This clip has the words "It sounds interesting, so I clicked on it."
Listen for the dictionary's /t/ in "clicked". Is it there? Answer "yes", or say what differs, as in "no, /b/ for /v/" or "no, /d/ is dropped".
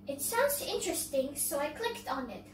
yes